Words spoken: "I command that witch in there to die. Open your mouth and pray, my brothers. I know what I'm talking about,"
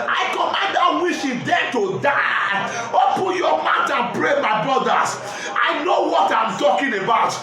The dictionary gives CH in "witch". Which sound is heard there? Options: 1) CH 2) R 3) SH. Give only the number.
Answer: 3